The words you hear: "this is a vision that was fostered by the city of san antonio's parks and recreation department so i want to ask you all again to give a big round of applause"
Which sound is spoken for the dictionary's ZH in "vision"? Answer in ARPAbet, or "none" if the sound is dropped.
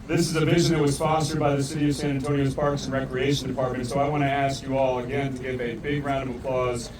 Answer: ZH